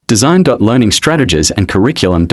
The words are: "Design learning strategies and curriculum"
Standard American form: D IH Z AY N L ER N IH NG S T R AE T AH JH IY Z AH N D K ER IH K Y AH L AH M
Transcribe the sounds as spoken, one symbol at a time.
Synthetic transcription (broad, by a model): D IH Z AY N L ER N IH NG S T R AE T AH JH IY Z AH N K ER IH K Y L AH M